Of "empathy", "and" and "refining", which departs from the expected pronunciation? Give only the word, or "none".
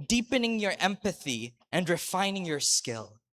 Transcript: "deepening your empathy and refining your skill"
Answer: none